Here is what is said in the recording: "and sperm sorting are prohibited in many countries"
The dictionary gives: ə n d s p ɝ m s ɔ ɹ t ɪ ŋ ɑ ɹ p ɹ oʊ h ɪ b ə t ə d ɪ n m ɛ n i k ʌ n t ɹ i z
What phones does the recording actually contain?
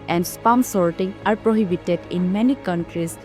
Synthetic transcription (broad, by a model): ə n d s p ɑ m s ɔ ɹ t ɪ ŋ ɑ ɹ p ɹ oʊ h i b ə t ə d ɪ n m ɛ n i k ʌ n t ɹ i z